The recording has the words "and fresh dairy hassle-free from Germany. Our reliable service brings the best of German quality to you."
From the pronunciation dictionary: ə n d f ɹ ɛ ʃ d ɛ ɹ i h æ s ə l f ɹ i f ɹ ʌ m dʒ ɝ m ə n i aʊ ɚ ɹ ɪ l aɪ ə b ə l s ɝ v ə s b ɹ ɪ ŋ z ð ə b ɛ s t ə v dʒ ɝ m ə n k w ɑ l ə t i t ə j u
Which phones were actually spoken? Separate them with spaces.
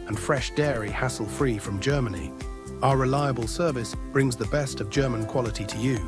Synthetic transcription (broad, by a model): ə n f ɹ ɛ ʃ d ɛ ɹ i h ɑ s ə l f ɹ i f ɹ ʌ m dʒ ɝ m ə n i aʊ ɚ ɹ ɪ l aɪ ə b ə l s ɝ v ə s b ɹ ɪ ŋ z ð ə b ɛ s t ə v dʒ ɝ m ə n k w ɑ l ə t i t ə j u